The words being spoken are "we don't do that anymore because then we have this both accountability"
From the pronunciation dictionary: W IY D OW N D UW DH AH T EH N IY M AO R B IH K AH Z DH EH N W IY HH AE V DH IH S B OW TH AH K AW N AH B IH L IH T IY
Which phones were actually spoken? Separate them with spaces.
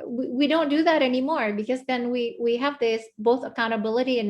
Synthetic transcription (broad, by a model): W IY D OW N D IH DH AH T EH N IY M AO R B IH K AH Z DH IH N W IY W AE V DH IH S B OW TH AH K AW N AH B IH L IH T IY